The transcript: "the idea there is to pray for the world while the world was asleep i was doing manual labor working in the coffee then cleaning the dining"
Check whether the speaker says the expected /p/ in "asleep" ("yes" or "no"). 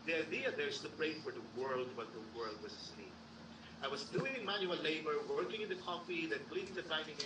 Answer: no